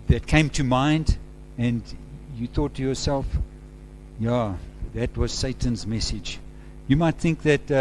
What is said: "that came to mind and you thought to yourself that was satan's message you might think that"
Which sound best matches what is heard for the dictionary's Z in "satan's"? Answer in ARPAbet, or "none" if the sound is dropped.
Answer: Z